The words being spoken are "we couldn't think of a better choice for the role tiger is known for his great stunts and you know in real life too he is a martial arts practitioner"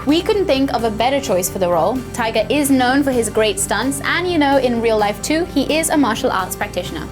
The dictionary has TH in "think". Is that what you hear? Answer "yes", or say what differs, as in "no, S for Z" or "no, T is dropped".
yes